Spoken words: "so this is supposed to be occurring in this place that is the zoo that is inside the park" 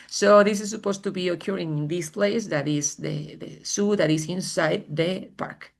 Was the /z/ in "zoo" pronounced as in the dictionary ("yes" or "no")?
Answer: no